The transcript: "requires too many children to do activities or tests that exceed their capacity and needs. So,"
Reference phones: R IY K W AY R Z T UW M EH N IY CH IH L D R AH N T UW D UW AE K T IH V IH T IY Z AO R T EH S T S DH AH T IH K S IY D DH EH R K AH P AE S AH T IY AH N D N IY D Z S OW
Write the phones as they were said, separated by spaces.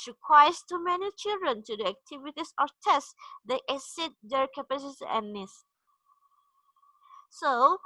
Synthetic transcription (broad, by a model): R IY K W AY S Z T UW M EH N IY CH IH L D R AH N T UW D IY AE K T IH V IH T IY S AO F T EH S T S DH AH T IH S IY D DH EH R K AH P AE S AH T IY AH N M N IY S S OW